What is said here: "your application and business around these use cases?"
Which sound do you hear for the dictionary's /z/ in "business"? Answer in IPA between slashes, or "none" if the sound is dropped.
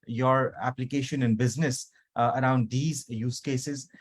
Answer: /z/